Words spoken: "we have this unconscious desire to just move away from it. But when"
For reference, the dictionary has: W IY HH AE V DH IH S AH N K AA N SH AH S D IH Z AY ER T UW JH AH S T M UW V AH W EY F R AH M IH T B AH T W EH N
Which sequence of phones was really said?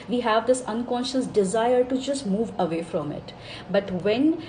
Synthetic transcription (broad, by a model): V IY HH AE V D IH S AH N K AA N SH AH S D IH Z AY ER T UW JH AH S T M UW V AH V EY F R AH M IH T B AH T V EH N